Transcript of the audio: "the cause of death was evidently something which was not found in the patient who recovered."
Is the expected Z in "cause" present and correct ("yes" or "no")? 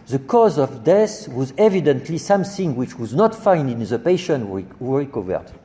yes